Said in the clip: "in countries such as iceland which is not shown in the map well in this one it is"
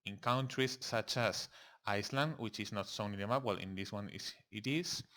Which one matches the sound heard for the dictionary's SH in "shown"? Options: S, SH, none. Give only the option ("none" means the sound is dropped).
S